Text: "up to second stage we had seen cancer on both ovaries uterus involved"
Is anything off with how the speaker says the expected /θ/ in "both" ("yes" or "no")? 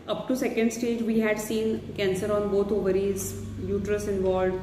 yes